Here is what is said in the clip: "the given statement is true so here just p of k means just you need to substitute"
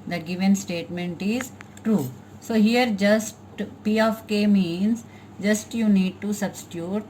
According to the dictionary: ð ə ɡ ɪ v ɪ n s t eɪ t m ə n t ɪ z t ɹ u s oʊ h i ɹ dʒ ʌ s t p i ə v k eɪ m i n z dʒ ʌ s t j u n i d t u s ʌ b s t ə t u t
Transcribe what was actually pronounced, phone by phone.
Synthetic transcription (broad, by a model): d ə ɡ ɪ v ɪ n s t eɪ t m ə n t ɪ z t ɹ u s oʊ h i ɹ dʒ ʌ s t p i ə f k eɪ m i n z dʒ ʌ s t j u n i d t u s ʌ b s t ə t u t